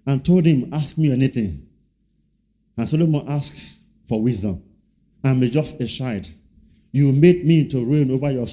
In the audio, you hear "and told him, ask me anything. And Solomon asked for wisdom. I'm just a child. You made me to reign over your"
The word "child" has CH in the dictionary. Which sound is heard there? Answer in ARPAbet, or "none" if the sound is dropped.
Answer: SH